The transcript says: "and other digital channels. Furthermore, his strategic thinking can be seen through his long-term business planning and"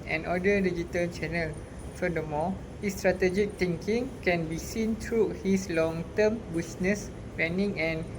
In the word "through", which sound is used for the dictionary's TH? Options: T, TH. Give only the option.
T